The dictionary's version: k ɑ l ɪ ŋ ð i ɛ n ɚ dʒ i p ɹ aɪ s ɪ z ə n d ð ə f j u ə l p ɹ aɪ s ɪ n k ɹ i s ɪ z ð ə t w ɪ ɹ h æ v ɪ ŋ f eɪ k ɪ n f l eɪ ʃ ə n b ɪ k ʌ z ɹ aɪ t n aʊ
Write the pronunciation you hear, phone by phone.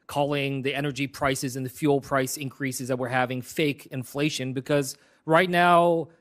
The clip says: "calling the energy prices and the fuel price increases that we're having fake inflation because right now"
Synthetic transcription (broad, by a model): k ɑ l ɪ ŋ ð i ɛ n ɚ dʒ i p ɹ aɪ s ɪ z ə n ð ə f j u l p ɹ aɪ s ɪ n k ɹ i s ɪ z ð ə t w ɪ ɹ h æ v ɪ ŋ f eɪ k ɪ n f l eɪ ʃ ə n b ɪ k ʌ z ɹ aɪ t n aʊ